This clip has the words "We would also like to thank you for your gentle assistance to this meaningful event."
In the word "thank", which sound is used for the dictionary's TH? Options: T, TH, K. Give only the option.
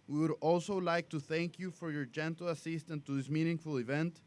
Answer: TH